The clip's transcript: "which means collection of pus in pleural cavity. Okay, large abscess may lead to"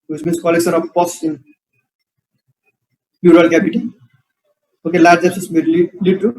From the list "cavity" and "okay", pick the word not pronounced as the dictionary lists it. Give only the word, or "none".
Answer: cavity